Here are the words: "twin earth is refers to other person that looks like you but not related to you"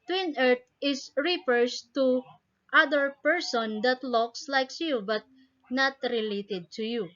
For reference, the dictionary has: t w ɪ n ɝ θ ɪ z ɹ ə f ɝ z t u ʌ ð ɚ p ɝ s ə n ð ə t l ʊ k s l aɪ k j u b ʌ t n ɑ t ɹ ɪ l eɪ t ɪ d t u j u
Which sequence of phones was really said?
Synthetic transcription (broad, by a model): t w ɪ n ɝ t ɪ s ɹ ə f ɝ s t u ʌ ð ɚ p ɝ s ə n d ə t l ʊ k s l aɪ k j u b ʌ t n ɑ t ɹ ɪ l eɪ t ɪ d t u j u